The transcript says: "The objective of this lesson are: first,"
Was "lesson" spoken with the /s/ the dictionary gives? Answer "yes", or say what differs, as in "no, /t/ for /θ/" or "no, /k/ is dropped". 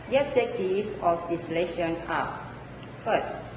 no, /ʃ/ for /s/